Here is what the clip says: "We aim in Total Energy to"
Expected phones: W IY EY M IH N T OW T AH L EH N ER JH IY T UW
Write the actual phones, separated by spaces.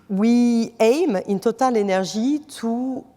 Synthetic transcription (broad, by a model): W IY EY M IH N T OW T AH L EH N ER ZH IY T UW